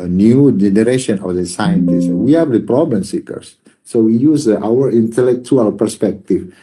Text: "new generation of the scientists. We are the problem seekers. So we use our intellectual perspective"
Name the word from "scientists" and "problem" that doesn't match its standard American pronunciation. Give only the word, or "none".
none